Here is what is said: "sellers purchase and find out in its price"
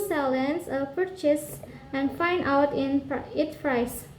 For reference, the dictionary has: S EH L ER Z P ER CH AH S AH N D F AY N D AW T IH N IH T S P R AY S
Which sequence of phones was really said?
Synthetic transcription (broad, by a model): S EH L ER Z P ER CH AH S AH N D F AY N D AW T IH N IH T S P R AY S